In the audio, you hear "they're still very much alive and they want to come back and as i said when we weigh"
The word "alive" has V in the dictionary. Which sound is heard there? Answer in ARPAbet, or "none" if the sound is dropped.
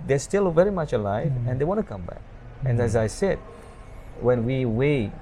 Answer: V